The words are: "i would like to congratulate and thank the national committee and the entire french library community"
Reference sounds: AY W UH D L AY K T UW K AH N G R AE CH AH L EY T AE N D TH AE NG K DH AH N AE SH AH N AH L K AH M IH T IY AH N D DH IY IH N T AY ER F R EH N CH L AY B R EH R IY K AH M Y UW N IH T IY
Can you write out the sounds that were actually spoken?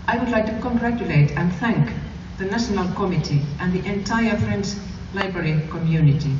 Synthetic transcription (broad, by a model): AY W UH D L AY K T UW K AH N G R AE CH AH L EY T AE N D TH AE NG K DH AH N AE SH AH N AH L K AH M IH T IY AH N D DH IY IH N T AY ER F R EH N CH L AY B R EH R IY K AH M Y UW N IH T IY